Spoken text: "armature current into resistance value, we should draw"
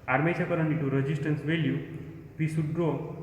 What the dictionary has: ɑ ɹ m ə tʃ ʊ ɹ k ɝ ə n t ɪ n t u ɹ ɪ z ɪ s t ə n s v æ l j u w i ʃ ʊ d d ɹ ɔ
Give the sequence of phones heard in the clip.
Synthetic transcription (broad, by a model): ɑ ɹ m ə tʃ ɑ k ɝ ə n ɪ t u ɹ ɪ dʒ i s t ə n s v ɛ l j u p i s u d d ɹ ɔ